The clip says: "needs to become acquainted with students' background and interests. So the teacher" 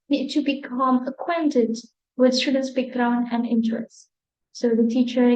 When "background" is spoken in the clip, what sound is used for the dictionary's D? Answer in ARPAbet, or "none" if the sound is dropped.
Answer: none